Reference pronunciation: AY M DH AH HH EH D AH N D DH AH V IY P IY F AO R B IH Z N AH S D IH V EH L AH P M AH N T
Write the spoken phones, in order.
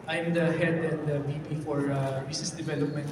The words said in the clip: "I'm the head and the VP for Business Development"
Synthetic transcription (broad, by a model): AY M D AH HH EH D AH N D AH B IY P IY F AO R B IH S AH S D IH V EH L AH P M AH N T